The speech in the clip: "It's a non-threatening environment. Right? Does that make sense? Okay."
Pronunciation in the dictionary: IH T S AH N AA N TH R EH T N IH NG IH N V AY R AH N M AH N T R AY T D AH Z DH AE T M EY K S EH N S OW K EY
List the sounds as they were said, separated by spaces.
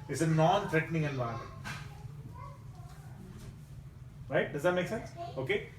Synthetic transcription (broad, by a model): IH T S AH N AA N T R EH T N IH NG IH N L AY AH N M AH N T R AY T D AH Z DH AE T M EY K S EH N S OW K EY